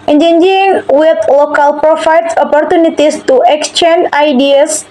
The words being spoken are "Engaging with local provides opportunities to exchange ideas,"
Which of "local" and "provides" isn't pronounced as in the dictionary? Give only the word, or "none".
provides